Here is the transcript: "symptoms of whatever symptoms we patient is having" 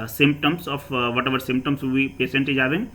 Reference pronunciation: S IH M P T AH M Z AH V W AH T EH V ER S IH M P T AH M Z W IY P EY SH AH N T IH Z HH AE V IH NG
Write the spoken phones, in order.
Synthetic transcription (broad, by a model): S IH M P T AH M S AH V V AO T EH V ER S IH M P T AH M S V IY P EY S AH N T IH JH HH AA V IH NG